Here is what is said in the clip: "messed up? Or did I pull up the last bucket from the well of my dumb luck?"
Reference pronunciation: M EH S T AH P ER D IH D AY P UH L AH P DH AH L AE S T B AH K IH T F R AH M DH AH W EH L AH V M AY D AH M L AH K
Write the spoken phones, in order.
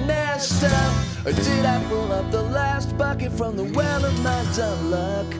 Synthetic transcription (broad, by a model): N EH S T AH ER D IH D AY B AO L AH P DH AH L AE S T B AH K IH T F R AH M DH AH W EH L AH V M AY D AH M L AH K